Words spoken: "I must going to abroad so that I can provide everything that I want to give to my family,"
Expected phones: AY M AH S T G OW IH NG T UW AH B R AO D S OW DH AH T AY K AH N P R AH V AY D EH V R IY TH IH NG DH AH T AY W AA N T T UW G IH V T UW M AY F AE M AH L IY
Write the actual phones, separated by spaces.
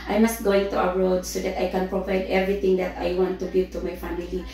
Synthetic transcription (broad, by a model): AY M AH S T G OW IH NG T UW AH R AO D S OW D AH T AY K AH N P R AH V AY D EH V R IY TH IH NG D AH T AY W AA N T T UW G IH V T UW M AY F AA M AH L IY